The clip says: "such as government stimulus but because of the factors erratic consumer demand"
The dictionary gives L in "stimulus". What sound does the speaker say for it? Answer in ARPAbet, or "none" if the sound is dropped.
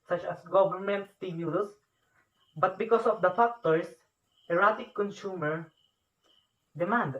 none